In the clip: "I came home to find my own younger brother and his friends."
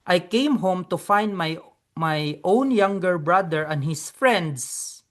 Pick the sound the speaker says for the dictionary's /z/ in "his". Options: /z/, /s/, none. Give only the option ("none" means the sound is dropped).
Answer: /s/